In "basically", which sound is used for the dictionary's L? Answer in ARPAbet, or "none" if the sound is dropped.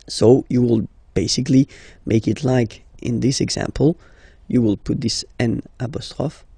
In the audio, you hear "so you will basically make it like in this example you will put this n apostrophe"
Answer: L